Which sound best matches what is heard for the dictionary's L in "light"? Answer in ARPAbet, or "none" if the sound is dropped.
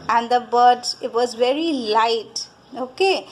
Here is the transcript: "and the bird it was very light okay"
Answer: L